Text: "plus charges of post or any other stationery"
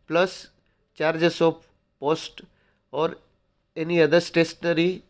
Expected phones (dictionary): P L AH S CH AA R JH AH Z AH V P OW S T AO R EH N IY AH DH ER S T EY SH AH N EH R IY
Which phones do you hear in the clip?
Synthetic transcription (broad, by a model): P L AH S CH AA R JH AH S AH P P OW S T AO R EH N IY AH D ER S T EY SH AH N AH R IY